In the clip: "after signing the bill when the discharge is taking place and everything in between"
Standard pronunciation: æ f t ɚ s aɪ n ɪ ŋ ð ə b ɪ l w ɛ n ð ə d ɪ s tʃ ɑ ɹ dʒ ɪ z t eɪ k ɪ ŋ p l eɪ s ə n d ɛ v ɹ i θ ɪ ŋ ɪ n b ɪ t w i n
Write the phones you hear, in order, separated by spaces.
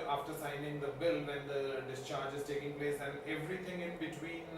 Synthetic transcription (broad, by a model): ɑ f t ɚ s aɪ n ɪ ŋ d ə b ɪ l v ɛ n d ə d ɪ s tʃ ɑ ɹ dʒ ɪ z t eɪ k ɪ ŋ p l eɪ s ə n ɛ v ɹ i t ɪ ŋ ɪ n b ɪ t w i n